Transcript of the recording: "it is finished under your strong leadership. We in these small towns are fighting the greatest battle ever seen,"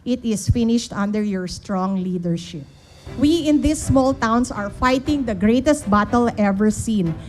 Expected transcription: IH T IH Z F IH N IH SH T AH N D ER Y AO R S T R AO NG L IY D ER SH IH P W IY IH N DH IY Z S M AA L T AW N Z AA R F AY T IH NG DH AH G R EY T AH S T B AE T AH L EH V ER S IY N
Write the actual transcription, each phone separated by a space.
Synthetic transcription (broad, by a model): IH T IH S F IH N IH SH T AH N D ER Y AO R S T R AO NG L IY D ER SH IH P W IY IH N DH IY S M AA L T AW N S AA R F AY T IH NG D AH G R EY T AH S T B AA T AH L EH V ER S IY N